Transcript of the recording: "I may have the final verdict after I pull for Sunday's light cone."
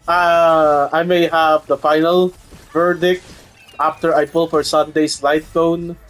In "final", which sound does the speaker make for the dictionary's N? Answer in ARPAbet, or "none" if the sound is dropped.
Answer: N